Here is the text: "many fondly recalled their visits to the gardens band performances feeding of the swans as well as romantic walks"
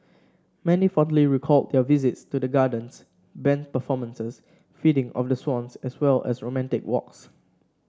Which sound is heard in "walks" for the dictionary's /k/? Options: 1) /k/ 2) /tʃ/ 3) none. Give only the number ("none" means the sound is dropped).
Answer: 1